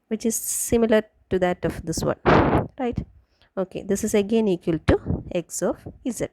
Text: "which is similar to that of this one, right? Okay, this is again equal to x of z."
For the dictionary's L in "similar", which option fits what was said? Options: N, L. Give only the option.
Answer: L